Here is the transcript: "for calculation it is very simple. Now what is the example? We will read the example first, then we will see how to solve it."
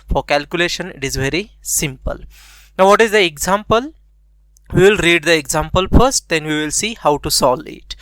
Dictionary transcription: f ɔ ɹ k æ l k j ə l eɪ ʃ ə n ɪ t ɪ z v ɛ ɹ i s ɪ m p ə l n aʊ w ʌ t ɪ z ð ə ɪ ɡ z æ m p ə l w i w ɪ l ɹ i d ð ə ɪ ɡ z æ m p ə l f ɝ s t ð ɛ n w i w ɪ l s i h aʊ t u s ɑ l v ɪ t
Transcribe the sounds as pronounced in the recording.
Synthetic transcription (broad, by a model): f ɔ ɹ k æ l k j ə l eɪ ʃ ə n ɪ t ɪ z v ɛ ɹ i s ɪ m p ə l n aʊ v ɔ t ɪ z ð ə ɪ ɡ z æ m p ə l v i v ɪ l ɹ i d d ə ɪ ɡ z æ m p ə l f ɝ s t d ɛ n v i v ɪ l s i h aʊ t u s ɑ l ɪ t